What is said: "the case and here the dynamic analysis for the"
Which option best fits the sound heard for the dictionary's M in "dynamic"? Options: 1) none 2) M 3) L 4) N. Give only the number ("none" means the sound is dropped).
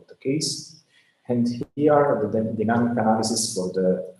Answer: 1